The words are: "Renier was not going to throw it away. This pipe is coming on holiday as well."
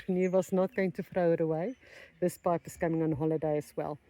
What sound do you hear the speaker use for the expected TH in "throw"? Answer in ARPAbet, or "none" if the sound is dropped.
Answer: F